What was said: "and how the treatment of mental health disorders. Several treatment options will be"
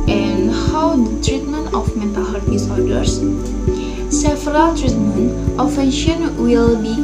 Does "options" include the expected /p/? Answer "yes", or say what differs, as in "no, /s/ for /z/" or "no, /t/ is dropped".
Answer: no, /f/ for /p/